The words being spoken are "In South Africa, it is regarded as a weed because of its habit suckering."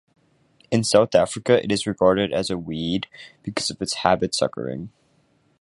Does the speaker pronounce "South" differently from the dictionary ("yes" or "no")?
no